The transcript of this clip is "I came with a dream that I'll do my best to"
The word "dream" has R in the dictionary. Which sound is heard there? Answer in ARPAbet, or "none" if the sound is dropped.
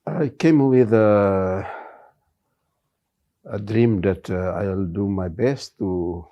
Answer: R